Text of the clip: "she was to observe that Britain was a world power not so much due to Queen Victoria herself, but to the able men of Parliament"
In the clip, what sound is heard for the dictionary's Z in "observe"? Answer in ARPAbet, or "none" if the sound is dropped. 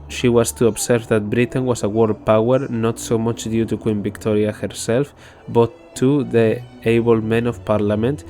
S